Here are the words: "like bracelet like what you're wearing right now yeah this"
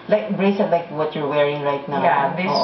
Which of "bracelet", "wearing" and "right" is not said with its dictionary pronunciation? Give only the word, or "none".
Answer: bracelet